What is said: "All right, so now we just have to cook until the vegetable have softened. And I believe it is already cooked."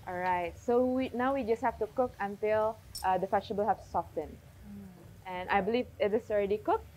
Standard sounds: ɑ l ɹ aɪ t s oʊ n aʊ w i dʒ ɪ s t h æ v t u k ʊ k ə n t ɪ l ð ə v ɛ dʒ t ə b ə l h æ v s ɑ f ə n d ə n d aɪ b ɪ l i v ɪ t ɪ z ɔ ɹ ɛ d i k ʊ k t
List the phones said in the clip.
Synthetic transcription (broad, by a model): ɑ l ɹ aɪ t s oʊ n aʊ w i dʒ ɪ s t h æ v t u k ʊ k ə n t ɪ l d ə f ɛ tʃ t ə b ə l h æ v s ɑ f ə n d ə n aɪ b ɪ l i v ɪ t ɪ s ɔ ɹ ɛ d i k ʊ k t